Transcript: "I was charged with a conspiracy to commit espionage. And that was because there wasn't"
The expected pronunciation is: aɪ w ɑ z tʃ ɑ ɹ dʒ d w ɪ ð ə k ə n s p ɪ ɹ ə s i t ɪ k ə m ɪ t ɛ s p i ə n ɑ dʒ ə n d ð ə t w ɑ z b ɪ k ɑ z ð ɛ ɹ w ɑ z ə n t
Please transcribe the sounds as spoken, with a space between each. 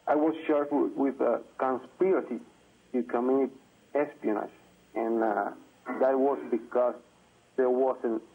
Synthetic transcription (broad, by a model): aɪ w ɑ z ʃ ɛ ɹ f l w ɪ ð ə k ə n s p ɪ ɹ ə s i t ɪ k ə m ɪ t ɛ s p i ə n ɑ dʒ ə n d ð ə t w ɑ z b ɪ k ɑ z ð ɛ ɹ w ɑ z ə n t